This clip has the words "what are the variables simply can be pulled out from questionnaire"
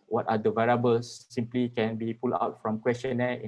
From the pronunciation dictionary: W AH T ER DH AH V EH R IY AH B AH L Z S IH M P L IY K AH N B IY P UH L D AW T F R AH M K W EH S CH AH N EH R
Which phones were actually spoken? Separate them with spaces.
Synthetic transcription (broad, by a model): W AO T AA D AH V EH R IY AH B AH L S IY M P L IY K AH N B IY P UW L AW T F R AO M K W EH S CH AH N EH